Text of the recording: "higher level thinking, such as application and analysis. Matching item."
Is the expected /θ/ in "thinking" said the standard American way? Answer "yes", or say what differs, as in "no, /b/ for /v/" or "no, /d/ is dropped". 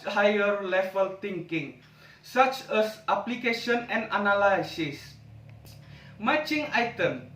no, /t/ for /θ/